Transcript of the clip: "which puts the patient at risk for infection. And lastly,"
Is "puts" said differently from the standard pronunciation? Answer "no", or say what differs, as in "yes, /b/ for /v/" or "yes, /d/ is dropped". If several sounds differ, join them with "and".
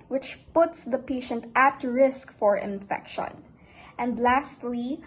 no